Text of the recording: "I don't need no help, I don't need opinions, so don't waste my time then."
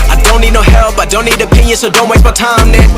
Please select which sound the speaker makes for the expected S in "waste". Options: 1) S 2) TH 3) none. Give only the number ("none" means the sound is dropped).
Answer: 3